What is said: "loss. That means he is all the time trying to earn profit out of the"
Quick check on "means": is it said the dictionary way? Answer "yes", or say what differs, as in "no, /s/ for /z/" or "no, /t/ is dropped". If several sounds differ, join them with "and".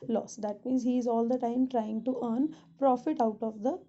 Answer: yes